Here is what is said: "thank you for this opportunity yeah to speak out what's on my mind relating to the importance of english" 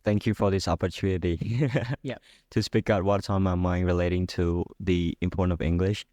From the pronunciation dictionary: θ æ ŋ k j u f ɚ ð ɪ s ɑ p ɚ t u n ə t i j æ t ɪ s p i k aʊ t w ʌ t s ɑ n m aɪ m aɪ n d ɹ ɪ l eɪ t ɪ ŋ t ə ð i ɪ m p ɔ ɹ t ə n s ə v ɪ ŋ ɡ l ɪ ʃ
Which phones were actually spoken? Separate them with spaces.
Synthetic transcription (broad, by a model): θ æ ŋ k j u f ɚ ð ɪ s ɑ p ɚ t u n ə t i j t ɪ s p i k aʊ t w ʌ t ɑ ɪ m aɪ m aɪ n ɹ ɪ l eɪ t ɪ ŋ t ə ð i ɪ m p ɔ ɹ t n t ə v ɪ ŋ ɡ l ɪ ʃ